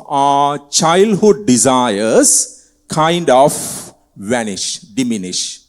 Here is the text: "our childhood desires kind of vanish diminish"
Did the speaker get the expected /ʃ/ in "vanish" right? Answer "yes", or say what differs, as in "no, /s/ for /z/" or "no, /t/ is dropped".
yes